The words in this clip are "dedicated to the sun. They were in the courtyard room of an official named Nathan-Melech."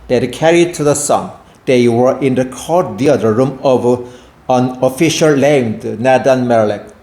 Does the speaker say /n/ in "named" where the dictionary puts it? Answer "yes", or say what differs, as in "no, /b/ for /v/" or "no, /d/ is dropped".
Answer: no, /l/ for /n/